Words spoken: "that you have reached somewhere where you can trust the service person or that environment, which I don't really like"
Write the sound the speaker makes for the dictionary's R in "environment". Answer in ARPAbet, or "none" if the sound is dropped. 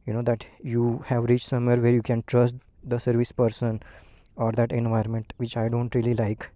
none